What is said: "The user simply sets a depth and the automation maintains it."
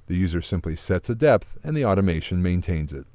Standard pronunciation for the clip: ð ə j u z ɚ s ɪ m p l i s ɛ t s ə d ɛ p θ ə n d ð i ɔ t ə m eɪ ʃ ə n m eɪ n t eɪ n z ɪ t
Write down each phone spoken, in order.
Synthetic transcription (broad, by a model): ð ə j u z ɚ s ɪ m p l i s ɛ t s ə d ɛ p θ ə n ð i ɔ t ə m eɪ ʃ ə n m eɪ n t eɪ n z ɪ t